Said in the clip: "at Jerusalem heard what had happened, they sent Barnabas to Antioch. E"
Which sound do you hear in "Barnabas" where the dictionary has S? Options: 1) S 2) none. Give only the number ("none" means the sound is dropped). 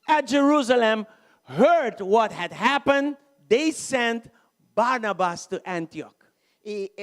1